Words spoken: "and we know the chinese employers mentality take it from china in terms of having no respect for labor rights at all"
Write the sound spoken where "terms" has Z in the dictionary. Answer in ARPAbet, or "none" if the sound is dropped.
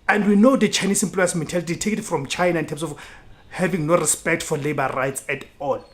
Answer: S